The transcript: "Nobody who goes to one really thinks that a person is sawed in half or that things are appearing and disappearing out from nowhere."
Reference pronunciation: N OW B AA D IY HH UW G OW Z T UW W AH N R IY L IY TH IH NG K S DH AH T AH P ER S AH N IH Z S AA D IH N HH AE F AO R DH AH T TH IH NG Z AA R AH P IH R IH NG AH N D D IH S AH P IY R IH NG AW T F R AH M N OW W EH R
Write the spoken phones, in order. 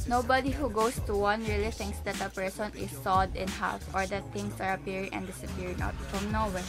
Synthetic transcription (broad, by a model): N OW B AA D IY HH UW G OW S T UW W AH N R IY L IY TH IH NG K S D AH T AH P ER S AH N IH S AA D IH N HH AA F AO R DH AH T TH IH NG S AA R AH P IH R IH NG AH N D D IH S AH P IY R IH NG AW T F R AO M N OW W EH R